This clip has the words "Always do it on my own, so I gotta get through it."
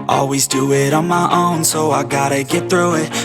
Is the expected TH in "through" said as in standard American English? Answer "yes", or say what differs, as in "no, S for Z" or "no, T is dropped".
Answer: yes